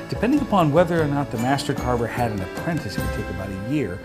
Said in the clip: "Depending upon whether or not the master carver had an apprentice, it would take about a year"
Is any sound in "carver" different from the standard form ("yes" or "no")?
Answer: yes